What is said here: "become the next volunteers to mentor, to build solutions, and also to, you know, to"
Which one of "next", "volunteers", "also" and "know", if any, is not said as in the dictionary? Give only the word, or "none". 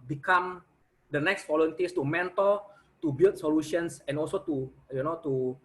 volunteers